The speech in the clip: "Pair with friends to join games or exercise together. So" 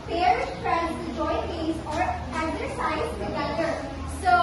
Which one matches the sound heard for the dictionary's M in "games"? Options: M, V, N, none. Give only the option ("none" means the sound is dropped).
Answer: none